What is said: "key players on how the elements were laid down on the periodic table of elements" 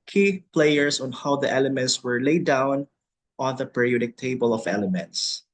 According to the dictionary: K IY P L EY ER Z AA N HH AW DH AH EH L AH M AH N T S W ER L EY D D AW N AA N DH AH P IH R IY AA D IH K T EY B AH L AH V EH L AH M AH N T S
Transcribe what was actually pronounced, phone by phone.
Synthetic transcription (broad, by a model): K IY P L EY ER S AA N HH AW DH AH EH L AH M AH N T S W ER L EY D D AW N AA N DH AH P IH R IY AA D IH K T EY B AH L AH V EH L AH M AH N T S